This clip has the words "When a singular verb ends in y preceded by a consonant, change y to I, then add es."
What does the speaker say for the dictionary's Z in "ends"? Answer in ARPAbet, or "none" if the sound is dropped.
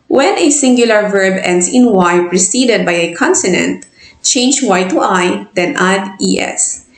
S